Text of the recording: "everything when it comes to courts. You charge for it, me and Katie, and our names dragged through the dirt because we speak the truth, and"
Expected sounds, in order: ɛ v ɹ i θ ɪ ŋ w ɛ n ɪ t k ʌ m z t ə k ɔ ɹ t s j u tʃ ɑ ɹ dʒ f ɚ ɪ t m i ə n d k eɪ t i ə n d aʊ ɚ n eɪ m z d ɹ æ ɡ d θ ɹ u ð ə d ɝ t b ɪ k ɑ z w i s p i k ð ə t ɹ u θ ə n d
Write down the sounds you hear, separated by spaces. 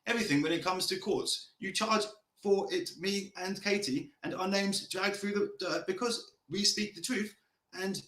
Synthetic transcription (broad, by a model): ɛ v ɹ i θ ɪ ŋ w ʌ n ɪ t k ʌ m z t ə k ɔ ɹ t s j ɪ tʃ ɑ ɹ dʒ f ɚ ɪ t m i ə n k eɪ t i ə n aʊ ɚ n eɪ m z d ɹ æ ɡ θ ɹ u ð ə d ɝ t b ɪ k ɑ z w i s p i k ð ə t ɹ u θ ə n